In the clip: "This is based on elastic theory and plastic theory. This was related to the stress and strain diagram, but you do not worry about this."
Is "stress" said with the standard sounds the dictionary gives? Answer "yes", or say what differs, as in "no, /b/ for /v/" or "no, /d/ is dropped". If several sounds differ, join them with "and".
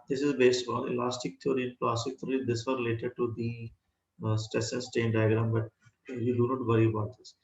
no, /ɹ/ is dropped